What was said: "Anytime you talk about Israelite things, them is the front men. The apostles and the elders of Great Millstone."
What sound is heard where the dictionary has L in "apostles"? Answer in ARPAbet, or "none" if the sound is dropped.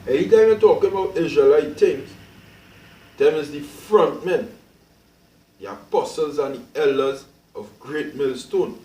L